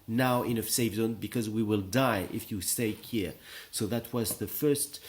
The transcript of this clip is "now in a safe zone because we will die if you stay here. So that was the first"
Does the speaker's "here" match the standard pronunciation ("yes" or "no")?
yes